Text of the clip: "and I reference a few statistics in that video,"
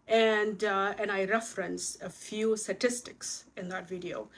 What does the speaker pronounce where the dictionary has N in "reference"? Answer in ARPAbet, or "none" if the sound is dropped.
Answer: N